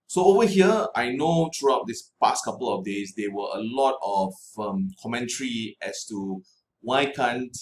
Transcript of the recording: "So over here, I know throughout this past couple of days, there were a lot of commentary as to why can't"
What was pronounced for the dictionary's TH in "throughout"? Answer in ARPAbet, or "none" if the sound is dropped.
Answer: T